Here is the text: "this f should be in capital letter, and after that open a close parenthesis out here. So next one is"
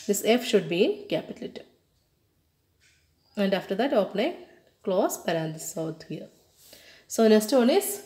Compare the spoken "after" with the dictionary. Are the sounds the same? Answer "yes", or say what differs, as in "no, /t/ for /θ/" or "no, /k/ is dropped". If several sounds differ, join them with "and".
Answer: yes